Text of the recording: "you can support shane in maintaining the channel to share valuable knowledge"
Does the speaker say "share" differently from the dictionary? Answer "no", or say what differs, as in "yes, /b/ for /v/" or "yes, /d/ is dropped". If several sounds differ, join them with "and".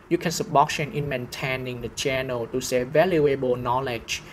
yes, /s/ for /ʃ/